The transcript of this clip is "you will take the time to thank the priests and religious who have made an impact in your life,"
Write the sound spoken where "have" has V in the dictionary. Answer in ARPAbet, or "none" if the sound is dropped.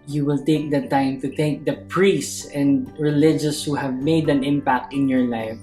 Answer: V